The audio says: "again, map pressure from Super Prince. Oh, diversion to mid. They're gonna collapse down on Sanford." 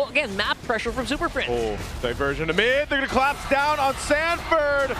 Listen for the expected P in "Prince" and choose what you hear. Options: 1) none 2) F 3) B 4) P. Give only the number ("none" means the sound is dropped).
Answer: 2